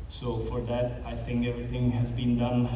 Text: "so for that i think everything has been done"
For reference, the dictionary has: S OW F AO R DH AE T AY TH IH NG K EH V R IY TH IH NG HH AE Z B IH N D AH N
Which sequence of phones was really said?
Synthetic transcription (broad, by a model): S OW F AO R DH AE T AY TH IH NG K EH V R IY T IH NG HH AE Z B IH N D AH N